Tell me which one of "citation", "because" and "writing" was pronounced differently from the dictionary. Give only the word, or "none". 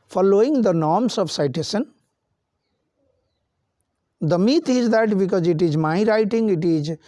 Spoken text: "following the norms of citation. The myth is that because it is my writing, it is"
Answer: citation